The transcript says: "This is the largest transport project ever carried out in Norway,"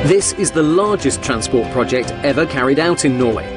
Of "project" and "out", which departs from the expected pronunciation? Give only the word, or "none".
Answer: none